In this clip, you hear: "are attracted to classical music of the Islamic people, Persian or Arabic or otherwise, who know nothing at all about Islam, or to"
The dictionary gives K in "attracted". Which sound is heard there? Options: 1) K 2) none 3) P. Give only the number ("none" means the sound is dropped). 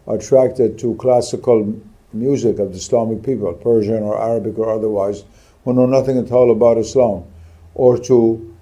1